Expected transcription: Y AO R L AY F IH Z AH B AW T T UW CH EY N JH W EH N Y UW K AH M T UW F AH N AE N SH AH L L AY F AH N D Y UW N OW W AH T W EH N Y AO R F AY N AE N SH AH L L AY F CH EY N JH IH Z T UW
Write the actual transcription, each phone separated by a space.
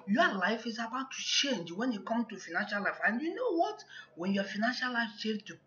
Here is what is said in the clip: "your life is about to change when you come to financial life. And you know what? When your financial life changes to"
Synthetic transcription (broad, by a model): Y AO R L AY F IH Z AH B AW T T UW CH EY N JH W EH N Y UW K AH M T UW F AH N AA N SH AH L L AY F AH N D Y UW N OW W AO T W EH N Y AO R F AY N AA N SH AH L L AY F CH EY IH T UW